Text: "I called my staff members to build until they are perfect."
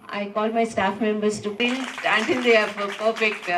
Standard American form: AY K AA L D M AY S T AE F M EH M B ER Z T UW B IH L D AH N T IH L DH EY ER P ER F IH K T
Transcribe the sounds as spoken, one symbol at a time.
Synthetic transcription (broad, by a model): AY K AA L D M AY S T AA F M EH M B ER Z T UW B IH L AH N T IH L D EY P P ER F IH K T